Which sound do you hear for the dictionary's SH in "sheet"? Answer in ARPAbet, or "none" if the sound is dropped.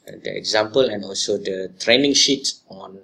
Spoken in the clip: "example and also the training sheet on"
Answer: SH